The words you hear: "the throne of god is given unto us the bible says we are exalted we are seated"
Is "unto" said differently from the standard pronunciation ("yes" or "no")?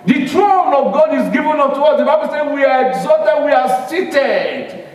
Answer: yes